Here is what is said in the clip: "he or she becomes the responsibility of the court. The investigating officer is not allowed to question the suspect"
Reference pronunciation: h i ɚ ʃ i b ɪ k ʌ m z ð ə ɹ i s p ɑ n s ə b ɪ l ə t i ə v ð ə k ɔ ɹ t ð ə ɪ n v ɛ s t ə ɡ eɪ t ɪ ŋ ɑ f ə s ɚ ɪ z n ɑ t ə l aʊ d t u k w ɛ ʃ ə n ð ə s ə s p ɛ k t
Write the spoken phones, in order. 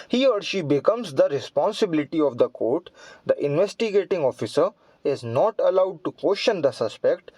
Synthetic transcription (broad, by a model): h i ɚ ʃ i b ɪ k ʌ m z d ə ɹ i s p ɑ n s ə b ɪ l ə t i ə v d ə k ɔ ɹ t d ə ɪ n v ɛ s t ə ɡ eɪ t ɪ ŋ ɑ f ə s ɚ ɪ z n ɑ t ə l aʊ d t u k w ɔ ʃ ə n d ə s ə s p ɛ k t